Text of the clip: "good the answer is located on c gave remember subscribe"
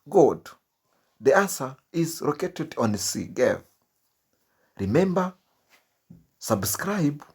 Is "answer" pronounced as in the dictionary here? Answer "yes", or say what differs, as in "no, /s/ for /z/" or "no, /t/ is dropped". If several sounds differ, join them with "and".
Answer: no, /n/ is dropped